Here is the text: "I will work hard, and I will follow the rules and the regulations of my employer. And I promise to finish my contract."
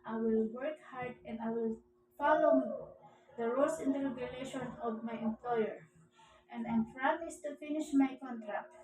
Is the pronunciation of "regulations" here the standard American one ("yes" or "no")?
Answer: no